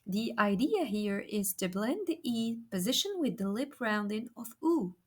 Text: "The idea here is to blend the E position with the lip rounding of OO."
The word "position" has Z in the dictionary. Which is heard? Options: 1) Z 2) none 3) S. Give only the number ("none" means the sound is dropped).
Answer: 1